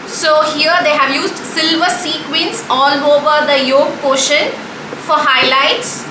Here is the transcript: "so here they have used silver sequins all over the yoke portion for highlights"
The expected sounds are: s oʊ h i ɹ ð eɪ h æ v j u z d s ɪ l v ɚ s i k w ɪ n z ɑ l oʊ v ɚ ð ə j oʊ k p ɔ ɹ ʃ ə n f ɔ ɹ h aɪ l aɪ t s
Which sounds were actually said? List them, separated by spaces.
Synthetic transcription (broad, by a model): s oʊ h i ɹ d eɪ h æ v j u z d s ɪ l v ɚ s i k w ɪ n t ɑ l oʊ v ɚ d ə j oʊ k p ɔ ʃ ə n f ɔ ɹ h aɪ l aɪ t s